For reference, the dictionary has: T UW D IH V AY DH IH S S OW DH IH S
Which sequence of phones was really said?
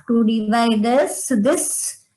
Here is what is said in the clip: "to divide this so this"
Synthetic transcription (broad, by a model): T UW D IH V AY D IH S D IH S